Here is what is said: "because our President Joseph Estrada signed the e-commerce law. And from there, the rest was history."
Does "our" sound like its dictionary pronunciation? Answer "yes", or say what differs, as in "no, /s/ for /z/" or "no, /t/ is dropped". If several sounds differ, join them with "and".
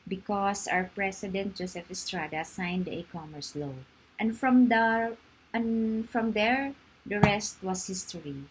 yes